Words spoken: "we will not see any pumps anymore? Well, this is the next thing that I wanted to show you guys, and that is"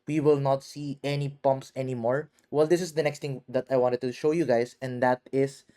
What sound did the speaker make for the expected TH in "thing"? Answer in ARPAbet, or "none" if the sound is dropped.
T